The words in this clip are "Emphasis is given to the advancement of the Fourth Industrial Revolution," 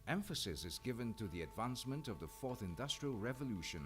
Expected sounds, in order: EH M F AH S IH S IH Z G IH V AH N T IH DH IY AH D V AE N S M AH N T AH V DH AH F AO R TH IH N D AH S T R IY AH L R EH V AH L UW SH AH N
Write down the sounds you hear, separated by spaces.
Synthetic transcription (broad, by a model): EH M F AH S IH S IH Z G IH V AH N T IH DH IY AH D V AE N S M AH N T AH V DH AH F AO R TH IH N D AH S T R IY AH L R EH V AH L UW SH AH N